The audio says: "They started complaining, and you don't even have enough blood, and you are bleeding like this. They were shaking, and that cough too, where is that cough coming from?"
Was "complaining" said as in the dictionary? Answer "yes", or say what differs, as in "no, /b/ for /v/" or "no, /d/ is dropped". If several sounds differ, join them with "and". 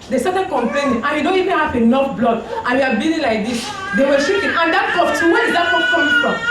no, /l/ is dropped